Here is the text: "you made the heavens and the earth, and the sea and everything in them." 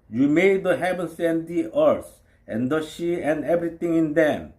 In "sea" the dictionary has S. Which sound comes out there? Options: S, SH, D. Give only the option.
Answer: SH